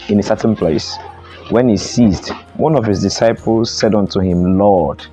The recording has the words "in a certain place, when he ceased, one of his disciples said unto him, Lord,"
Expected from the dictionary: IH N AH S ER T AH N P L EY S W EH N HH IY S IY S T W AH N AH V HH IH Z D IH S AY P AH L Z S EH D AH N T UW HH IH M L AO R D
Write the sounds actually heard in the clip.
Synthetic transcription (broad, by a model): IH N AH S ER T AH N P L EY S W EH N HH IY S IY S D W AH N AH V HH IH Z D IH S AY P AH L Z S EH D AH N T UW HH IH M L AO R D